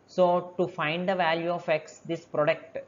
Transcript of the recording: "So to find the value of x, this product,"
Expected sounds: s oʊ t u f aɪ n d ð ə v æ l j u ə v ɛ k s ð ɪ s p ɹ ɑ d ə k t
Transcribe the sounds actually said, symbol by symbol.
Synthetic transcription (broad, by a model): s oʊ t u f aɪ n d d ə v æ l j u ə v ɛ k s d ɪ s p ɹ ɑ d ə k t